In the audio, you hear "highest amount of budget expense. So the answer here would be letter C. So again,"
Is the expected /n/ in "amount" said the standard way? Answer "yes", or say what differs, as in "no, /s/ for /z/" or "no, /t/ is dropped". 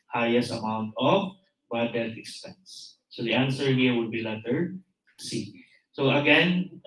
yes